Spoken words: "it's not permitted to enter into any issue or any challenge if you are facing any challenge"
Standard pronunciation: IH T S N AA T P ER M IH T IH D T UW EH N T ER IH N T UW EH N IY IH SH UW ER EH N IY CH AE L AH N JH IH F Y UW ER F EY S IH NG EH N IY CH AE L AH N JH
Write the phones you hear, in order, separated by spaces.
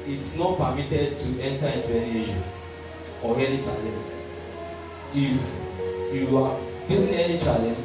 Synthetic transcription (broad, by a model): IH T S N AA T P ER M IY T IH D T UW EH N T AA IH N T UW EH N IY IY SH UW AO EH N IY CH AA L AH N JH IH F Y UW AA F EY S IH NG EH N IY CH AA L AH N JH